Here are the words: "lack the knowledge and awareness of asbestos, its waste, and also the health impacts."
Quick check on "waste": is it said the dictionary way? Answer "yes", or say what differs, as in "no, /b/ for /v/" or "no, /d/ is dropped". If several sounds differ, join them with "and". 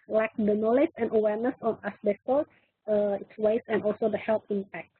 no, /t/ is dropped